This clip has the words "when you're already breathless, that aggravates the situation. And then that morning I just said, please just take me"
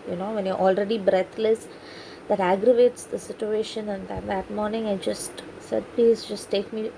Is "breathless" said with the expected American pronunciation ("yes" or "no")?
no